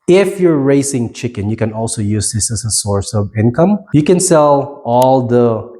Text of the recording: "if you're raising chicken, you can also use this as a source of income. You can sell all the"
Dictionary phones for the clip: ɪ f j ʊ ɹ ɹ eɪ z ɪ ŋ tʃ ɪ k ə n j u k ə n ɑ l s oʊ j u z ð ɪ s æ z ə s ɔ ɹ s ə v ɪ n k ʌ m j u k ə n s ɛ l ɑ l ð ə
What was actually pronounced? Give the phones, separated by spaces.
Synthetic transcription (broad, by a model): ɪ f j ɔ ɹ ɹ eɪ s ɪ ŋ tʃ ɪ k ə n j u k ə n ɑ l s oʊ j u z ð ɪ s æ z ə s ɔ ɹ s ə v ɪ n k ʌ m j u k ə n s ɛ l ɑ l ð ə